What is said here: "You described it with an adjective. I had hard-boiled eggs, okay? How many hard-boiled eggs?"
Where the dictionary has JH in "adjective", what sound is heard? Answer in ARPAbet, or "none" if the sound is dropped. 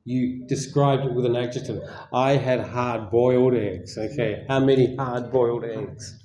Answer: CH